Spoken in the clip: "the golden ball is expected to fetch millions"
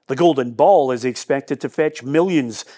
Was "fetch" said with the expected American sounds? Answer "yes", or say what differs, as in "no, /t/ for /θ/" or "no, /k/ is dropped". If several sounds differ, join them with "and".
yes